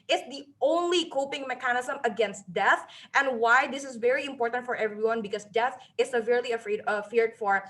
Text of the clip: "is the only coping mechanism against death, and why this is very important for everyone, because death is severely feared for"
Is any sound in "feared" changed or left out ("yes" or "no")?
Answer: no